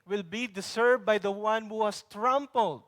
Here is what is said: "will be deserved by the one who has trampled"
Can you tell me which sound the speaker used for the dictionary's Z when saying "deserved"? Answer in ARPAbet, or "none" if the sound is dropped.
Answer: S